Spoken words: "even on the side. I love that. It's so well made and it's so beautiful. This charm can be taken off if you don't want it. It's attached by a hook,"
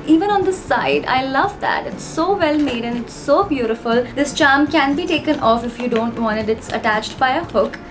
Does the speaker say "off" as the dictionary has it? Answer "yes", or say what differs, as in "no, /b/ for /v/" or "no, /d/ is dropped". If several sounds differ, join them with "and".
yes